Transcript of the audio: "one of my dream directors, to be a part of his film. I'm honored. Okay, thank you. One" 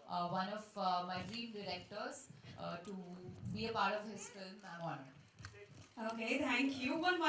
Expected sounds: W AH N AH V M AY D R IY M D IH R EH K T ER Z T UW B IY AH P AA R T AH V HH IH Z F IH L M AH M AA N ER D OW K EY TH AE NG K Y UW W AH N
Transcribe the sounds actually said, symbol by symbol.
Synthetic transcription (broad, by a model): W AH N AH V M AY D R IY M D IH R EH K T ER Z T UW B IY AH P AA R T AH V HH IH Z F IH L M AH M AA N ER OW K EY T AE NG K Y UW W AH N